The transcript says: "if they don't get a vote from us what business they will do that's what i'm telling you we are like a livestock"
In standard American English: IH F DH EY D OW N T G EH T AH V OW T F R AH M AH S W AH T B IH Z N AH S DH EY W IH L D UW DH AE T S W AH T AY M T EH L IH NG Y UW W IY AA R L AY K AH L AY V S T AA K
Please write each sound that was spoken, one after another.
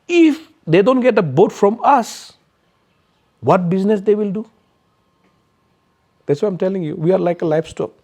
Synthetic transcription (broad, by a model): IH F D EY D OW N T G EH T AH B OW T F R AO M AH S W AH T B IH Z N AH S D EY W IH L D UW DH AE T S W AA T AY M T EH L IH NG Y UW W IY AA R L AY K AH L AY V S T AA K